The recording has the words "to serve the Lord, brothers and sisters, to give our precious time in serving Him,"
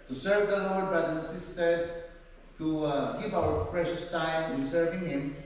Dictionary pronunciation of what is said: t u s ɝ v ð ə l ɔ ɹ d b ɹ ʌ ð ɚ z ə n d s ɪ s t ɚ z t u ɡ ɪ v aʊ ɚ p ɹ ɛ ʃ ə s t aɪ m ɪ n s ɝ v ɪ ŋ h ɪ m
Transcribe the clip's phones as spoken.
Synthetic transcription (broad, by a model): t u s ɝ v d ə l ɔ ɹ d b ɹ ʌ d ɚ ə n s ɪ s t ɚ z t u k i p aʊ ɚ p ɹ ɛ ʃ ə s t aɪ m ɪ n s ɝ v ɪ ŋ h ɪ m